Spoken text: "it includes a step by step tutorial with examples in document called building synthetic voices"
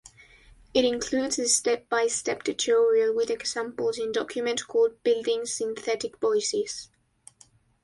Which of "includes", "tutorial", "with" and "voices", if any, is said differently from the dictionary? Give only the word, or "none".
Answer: voices